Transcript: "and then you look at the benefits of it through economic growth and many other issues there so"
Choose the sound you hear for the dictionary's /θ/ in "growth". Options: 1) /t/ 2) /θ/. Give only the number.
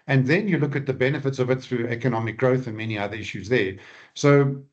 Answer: 2